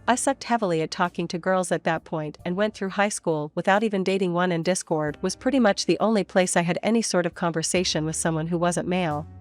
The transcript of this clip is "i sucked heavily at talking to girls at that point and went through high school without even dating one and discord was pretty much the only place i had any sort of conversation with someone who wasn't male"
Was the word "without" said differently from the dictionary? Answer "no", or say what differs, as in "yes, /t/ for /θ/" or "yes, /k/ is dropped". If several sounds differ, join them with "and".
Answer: no